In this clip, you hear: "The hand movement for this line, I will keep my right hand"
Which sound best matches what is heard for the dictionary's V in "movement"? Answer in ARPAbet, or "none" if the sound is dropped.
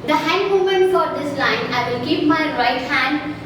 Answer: none